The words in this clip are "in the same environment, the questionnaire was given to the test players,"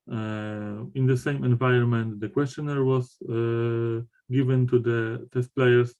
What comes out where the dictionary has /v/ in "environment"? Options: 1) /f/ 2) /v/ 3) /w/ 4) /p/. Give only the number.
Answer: 2